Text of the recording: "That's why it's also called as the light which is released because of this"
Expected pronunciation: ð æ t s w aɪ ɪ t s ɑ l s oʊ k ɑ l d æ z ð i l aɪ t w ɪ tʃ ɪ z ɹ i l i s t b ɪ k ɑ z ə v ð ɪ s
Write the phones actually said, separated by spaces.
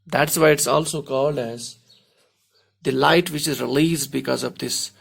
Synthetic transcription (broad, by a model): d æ t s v aɪ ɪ t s ɑ l s oʊ k ɑ l d æ z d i l aɪ t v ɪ tʃ ɪ z ɹ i l i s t b ɪ k ɑ z ə v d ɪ s